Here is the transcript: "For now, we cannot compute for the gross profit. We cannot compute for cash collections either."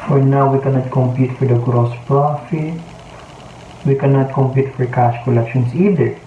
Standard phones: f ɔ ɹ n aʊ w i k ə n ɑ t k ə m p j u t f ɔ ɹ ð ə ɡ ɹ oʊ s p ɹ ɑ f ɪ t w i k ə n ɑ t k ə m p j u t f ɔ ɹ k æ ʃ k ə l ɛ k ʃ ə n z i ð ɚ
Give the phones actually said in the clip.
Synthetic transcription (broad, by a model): f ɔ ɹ n aʊ w i k ə n ɑ t k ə m p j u t f ɔ ɹ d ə ɡ ɹ oʊ s p ɹ ɑ f ɪ t w i k ə n ɑ t k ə m p j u t f ɔ ɹ k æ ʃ k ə l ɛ k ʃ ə n s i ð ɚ